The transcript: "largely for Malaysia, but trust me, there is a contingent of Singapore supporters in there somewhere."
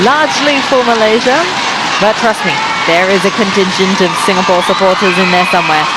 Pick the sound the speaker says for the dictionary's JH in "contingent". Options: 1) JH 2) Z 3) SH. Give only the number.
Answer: 3